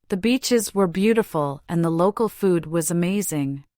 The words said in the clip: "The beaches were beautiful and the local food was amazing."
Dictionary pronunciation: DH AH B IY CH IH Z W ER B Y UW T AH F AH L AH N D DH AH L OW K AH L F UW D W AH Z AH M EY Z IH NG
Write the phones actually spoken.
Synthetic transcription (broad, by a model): DH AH B IY CH IH Z W ER B Y UW T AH F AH L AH N DH AH L OW K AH L F UW D W AH Z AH M EY Z IH NG